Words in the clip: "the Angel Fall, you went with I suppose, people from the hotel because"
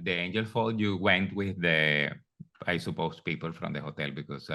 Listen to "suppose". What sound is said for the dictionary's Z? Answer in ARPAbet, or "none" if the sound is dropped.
S